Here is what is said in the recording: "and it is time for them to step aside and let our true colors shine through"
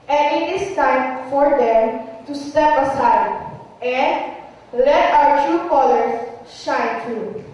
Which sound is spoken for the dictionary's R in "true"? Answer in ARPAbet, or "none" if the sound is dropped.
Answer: none